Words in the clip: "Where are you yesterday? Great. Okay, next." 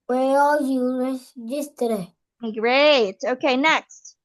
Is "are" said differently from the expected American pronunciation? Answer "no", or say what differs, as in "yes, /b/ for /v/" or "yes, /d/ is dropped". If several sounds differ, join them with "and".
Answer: yes, /l/ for /ɹ/